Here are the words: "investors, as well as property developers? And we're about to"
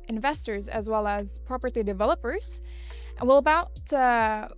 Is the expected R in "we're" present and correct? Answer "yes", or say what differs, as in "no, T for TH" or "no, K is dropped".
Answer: no, L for R